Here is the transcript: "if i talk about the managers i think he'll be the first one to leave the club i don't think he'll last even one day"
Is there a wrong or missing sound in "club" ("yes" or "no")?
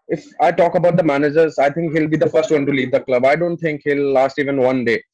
no